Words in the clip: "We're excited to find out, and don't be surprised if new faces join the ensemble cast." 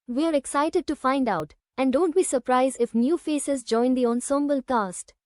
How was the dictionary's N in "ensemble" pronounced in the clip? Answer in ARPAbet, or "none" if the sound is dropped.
N